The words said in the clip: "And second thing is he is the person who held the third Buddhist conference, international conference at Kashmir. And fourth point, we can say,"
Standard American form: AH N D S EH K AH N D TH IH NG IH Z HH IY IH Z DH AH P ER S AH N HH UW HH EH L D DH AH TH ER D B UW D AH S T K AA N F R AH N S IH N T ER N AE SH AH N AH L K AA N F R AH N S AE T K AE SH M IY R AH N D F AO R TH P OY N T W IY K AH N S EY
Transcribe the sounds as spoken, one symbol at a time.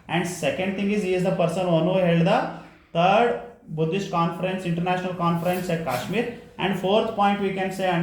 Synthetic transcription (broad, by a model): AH N D S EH K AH N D T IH NG IH Z HH IY IH Z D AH P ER S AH N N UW HH EH L D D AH T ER D B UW D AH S T K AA N F R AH N S IH N T ER N AE SH AH N AH L K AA N F R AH N S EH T K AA SH M IY R AH N D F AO R T P OY N T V IY K AH N S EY